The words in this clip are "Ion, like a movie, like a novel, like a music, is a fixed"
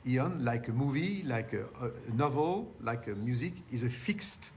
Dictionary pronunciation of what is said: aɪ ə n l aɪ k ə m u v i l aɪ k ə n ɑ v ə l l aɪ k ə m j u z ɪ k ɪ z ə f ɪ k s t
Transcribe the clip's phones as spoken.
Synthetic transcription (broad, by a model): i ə n l aɪ k ə m u v i l aɪ k ə n ɑ v ə l l aɪ k ə m j u z ɪ k ɪ z ə f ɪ k s t